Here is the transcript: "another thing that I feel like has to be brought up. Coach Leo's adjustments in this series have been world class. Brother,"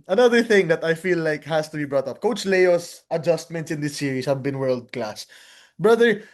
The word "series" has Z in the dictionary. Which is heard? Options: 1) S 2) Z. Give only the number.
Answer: 1